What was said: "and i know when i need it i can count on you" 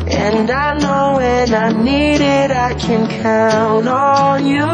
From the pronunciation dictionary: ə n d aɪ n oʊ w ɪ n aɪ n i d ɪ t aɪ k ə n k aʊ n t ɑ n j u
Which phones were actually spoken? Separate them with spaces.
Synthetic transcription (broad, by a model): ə n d aɪ n oʊ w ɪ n aɪ n i d ɪ t aɪ k ə n k aʊ n t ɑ l j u